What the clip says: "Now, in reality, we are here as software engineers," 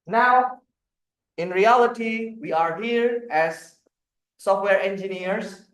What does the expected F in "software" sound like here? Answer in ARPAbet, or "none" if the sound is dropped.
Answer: F